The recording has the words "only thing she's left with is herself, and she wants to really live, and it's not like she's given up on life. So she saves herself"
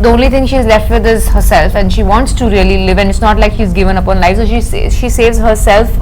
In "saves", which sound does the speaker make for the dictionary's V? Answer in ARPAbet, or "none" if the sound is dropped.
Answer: V